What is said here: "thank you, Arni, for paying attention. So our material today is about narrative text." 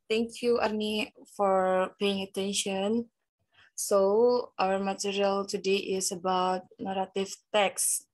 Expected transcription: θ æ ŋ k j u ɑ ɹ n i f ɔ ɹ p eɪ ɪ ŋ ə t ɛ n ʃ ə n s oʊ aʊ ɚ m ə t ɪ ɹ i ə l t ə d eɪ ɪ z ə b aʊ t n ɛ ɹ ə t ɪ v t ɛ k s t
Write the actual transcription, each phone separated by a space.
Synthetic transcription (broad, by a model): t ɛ ŋ k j u ɑ ɹ n i f ɔ ɹ p eɪ ɪ ŋ ə t ɛ n ʃ ə n s oʊ aʊ ɚ m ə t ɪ ɹ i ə l t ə d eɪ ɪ s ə b aʊ t n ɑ ɹ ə t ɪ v t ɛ k s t